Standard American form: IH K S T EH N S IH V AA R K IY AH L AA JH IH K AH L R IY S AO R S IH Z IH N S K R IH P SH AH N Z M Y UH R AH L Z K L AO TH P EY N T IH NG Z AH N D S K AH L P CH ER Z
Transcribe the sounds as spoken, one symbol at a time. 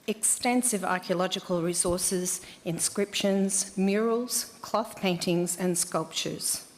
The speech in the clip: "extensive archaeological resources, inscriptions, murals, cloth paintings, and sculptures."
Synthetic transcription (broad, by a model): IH K S T EH N S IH V AA R K IY AH L AA JH IH K AH L R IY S AO R S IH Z IH N S K R IH P SH AH N Z M Y UH R AH L Z K L AO TH P EY N T IH NG Z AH N S K AH L P CH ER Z